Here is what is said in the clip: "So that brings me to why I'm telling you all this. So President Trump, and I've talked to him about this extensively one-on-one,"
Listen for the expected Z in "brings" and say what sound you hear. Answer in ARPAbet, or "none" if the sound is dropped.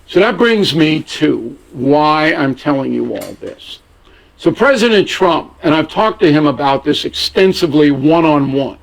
Z